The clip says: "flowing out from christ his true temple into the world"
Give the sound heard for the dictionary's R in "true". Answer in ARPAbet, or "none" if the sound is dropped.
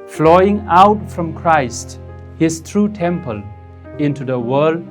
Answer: R